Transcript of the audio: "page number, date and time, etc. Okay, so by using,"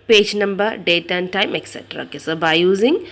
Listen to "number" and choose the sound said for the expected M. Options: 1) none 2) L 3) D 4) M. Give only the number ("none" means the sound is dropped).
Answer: 4